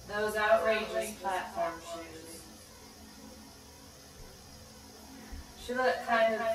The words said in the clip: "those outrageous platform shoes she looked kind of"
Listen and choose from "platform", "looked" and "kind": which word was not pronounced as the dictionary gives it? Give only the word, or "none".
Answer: looked